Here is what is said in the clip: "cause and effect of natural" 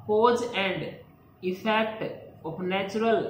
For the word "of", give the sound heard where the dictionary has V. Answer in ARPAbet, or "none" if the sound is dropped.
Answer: P